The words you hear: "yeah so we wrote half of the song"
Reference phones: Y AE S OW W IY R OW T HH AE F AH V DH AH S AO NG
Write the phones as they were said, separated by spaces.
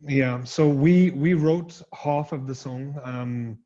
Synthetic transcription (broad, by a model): Y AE S OW W IY R OW T HH AE F AH V DH AH S AO NG